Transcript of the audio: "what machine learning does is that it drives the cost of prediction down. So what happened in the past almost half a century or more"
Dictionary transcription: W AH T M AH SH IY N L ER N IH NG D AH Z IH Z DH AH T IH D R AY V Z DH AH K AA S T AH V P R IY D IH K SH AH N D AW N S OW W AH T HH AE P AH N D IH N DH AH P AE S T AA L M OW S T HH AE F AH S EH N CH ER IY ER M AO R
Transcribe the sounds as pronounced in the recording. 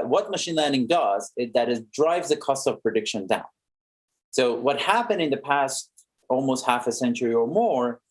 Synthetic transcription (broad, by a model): W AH T M AH SH IY N L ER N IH NG D AH Z IH Z DH AH T IH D R AY V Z DH AH K AA S T AH V P R IY D IH K SH AH N D AW N S OW W AH T HH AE P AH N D IH N DH AH P AE S T AA L M OW S T HH AE F AH S EH N CH ER IY ER M AO R